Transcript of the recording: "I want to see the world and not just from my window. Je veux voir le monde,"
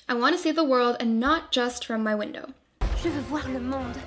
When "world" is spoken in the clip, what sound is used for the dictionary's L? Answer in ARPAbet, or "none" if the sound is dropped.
L